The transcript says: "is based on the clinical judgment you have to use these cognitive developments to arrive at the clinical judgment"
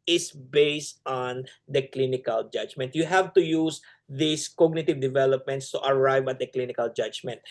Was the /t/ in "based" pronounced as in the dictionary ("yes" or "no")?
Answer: yes